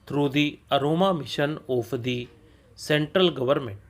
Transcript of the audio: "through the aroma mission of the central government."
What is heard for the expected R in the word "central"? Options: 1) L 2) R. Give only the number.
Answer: 2